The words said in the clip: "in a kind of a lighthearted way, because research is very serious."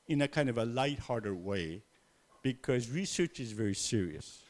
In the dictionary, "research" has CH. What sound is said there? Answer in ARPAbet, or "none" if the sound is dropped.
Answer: CH